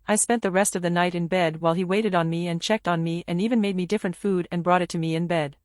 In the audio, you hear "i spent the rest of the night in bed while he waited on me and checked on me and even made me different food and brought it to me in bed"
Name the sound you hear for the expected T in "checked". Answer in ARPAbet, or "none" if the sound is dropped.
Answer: T